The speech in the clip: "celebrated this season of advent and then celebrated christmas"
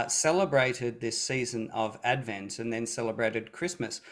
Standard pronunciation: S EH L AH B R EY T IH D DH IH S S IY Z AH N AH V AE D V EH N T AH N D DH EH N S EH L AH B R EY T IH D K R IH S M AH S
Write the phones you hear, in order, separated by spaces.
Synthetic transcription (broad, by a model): S EH L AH B R EY T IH D DH IH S S IY Z AH N AH V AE D V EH N T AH N DH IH N S EH L AH B R EY T IH D K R IH S M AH S